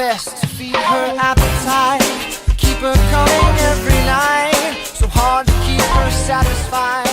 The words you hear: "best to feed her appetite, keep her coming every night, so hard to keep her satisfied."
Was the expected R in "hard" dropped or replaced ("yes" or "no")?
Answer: no